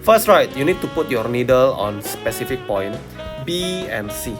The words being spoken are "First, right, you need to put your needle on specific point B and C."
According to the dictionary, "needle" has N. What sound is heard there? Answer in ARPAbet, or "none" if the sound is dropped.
N